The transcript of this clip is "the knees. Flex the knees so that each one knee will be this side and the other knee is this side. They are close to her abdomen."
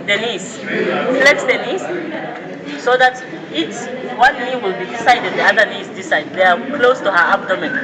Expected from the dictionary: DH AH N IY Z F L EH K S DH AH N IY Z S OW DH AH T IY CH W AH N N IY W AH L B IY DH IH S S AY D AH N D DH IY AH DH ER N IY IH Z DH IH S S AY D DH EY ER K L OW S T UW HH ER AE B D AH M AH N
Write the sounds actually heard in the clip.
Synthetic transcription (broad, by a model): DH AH N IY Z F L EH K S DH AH N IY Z S OW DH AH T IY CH W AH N N IY W AH L B IY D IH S S AY D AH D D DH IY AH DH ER N IY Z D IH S S AY D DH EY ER K L OW S T UW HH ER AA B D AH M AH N